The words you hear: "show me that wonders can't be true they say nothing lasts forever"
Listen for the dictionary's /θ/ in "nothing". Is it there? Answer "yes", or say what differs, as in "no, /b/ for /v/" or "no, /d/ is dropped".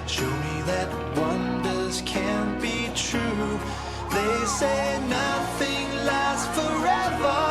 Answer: yes